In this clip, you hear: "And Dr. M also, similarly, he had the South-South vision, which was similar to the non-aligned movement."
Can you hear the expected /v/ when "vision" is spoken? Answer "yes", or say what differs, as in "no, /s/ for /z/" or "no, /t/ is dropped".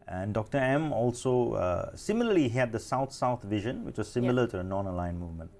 yes